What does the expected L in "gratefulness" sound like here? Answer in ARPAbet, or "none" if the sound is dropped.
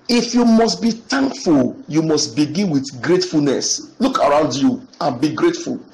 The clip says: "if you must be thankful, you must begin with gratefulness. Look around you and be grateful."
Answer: L